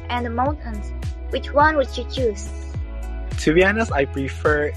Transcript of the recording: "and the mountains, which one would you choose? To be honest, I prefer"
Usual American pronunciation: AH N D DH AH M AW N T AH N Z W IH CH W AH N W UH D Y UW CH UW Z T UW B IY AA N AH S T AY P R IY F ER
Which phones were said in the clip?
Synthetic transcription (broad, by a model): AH N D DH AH M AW N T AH N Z W IH CH W AH N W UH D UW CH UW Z T UW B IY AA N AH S AY P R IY F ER